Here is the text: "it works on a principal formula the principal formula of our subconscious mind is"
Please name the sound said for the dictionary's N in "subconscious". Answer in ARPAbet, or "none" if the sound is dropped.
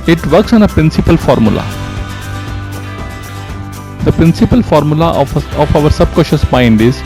none